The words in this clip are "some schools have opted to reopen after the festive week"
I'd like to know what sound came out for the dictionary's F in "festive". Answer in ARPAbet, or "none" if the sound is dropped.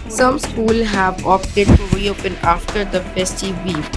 P